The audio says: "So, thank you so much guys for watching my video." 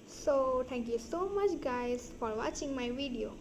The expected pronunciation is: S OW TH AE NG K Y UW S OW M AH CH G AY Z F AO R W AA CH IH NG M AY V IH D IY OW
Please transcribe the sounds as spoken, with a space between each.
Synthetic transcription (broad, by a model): S OW T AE NG K Y UW S OW M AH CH G AY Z F AO R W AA CH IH NG M AY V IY D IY OW